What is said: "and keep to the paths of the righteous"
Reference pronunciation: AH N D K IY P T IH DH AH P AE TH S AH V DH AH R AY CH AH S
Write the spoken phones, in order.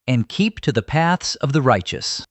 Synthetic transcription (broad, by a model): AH N K IY P T IH DH AH P AE TH S AH V DH AH R AY CH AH S